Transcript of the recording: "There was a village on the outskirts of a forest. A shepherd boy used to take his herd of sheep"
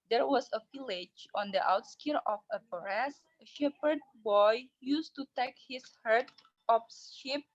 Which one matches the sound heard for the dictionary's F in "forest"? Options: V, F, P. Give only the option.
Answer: P